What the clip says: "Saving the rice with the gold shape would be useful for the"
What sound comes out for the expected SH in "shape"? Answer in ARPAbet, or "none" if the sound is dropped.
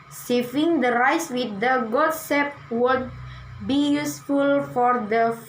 S